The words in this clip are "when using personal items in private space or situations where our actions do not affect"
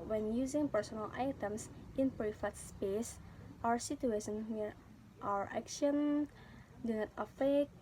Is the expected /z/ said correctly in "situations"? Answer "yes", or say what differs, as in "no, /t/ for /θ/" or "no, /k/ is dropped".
no, /z/ is dropped